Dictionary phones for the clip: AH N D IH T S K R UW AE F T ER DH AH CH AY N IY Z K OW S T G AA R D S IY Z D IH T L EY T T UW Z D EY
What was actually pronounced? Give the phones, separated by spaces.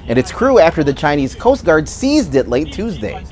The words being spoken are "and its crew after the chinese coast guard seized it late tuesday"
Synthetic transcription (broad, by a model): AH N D IH T S K R UW AE F T ER DH AH CH AY N IY Z K OW S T G AA R D S IY Z D IH T L EY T T UW Z D EY